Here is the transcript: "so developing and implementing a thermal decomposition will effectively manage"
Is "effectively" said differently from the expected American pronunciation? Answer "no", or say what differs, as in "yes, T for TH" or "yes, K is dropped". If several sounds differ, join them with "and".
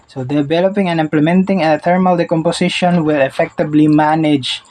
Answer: yes, B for V